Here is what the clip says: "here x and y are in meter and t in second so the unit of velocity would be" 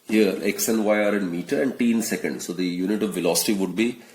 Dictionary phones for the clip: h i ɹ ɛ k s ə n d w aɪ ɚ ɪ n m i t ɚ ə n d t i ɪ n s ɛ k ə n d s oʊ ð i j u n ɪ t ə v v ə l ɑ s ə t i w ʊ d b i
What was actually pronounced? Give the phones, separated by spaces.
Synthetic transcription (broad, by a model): h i ɹ ɛ k s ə n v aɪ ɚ ɪ n m i t ɚ ə n d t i n s ɛ k ə n d s oʊ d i j u n ɪ t ə v v ə l ɑ s ə t i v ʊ d b i